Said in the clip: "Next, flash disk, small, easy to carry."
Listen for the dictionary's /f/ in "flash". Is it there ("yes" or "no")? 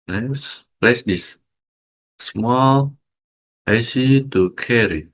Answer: no